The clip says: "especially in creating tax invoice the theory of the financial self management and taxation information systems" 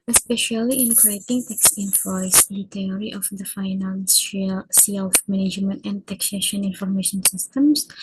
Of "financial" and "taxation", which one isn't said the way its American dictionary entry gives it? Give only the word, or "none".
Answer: financial